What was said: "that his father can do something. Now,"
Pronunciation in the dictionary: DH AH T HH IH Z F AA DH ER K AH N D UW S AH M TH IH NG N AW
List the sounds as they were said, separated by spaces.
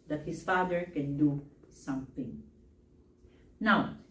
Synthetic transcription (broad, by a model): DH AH T HH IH S F AA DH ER K AH N D UW S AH M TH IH NG N AW